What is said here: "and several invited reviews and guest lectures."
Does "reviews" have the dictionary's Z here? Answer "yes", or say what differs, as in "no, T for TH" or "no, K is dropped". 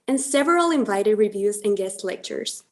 yes